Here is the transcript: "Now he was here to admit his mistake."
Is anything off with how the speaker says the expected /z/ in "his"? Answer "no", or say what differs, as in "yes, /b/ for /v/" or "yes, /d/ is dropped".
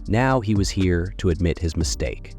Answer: no